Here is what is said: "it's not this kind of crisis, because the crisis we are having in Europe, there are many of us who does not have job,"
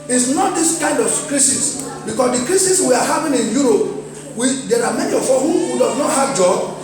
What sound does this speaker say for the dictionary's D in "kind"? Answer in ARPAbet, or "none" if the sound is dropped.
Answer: D